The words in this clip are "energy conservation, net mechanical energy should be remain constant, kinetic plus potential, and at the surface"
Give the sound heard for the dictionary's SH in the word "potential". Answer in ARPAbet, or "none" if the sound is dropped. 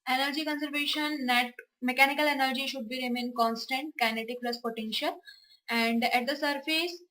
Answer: SH